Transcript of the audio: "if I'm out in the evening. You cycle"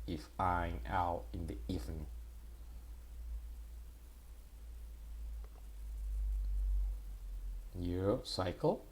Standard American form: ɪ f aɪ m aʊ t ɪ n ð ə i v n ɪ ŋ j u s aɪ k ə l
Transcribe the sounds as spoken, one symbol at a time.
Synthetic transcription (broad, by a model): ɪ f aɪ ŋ aʊ t ɪ n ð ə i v ɪ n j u s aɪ k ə l